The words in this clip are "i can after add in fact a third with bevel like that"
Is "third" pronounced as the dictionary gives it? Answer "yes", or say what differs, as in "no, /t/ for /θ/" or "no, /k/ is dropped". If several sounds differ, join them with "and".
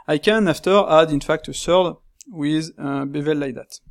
no, /s/ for /θ/